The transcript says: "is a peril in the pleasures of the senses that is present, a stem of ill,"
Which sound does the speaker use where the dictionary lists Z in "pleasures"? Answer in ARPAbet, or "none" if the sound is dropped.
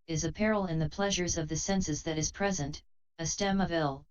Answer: Z